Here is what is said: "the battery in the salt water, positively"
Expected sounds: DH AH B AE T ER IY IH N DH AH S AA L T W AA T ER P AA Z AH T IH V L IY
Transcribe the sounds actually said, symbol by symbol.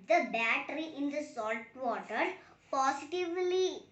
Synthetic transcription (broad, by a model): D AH B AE T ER IY IH N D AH S AA L T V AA T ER P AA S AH T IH V L IY